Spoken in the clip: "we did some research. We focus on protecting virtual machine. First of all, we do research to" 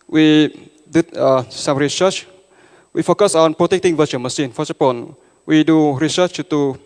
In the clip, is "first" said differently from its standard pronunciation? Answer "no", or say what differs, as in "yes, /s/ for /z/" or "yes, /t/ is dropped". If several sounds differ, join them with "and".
yes, /t/ is dropped